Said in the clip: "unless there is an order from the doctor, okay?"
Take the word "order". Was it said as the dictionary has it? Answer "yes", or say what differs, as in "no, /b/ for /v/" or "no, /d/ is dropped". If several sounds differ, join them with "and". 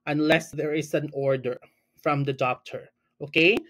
yes